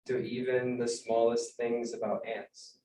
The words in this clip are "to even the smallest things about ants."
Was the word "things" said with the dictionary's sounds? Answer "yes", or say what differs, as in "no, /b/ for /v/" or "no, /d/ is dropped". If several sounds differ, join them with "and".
yes